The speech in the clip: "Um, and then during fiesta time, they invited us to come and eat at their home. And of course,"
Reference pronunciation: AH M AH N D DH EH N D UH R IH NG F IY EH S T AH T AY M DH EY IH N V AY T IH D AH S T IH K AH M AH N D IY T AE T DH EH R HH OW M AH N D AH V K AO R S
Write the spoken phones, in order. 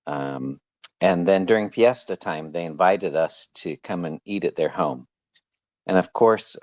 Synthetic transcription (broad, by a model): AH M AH N DH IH N D UH R IH NG P IY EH S T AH T AY M DH EY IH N V AY T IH D AH S T IH K AH M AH N IY T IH T DH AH R HH OW M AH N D AH V K AO R S